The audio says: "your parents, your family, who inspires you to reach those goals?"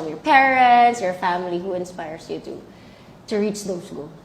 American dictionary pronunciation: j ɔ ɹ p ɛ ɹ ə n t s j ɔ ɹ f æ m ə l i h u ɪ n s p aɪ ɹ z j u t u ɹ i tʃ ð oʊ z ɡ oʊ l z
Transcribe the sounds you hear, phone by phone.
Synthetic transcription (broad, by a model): j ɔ ɹ p ɛ ɹ ə n t s j ɔ ɹ f æ m ə l i h u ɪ n s p aɪ ɹ s j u t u ɹ i tʃ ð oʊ s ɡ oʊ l